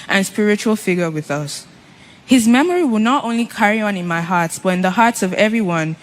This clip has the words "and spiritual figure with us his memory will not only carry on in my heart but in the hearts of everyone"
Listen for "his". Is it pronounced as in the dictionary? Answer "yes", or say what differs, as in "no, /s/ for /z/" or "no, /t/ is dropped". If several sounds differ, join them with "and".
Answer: yes